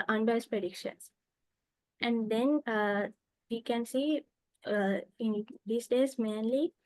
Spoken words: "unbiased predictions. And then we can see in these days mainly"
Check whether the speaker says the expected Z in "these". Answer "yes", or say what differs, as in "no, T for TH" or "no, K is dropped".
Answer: no, S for Z